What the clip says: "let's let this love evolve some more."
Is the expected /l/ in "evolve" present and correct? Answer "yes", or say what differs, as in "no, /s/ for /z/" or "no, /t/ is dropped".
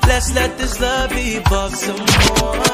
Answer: no, /l/ is dropped